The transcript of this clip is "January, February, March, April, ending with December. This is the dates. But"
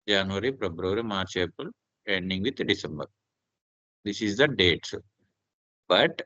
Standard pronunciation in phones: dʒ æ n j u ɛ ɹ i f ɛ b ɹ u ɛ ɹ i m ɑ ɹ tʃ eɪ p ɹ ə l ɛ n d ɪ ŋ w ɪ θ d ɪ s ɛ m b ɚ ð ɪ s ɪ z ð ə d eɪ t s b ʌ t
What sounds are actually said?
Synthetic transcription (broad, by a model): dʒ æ n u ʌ ɹ i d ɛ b ɹ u ɹ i m ɑ ɹ tʃ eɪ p ə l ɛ n d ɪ ŋ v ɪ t d ɪ s ɛ m b ɚ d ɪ s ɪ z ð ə d eɪ t s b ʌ t